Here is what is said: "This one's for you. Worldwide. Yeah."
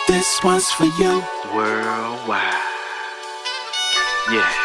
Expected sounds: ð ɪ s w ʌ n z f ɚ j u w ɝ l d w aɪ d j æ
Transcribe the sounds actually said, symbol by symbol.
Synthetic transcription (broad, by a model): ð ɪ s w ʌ z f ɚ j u w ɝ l w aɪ j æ